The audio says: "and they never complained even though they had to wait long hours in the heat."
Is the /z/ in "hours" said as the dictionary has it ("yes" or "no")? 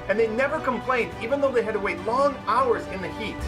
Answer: yes